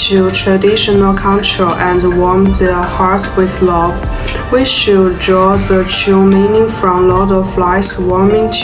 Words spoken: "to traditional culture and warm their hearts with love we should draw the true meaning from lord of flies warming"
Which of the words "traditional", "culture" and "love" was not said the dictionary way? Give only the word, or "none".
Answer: culture